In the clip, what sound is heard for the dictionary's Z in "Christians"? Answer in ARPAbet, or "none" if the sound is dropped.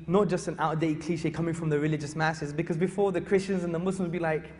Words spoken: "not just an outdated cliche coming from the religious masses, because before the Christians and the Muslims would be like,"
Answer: Z